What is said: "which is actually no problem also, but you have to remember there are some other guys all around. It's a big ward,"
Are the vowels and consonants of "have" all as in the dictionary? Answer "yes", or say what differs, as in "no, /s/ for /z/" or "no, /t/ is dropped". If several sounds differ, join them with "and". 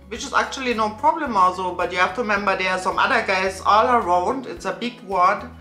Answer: no, /f/ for /v/